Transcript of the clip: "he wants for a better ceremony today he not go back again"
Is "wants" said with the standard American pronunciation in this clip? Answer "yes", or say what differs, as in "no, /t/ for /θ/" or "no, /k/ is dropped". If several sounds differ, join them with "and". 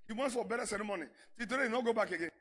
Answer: no, /s/ is dropped